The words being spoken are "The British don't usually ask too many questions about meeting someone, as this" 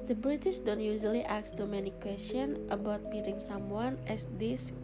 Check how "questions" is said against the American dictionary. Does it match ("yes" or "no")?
no